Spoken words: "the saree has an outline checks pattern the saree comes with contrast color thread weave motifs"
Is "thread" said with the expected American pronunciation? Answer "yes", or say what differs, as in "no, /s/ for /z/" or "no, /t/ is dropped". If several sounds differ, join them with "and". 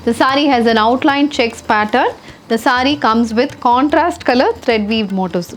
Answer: no, /t/ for /θ/